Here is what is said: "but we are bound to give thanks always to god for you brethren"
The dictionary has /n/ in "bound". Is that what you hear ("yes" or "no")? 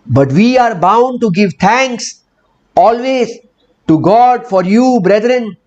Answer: yes